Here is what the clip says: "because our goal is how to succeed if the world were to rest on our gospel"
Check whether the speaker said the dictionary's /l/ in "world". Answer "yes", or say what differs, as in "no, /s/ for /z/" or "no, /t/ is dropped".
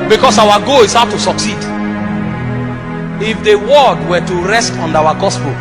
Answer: no, /l/ is dropped